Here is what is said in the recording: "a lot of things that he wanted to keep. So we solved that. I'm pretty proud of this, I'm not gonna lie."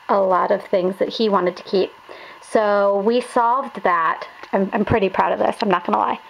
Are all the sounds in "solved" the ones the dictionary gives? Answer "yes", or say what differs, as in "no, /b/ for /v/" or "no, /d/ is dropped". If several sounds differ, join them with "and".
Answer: yes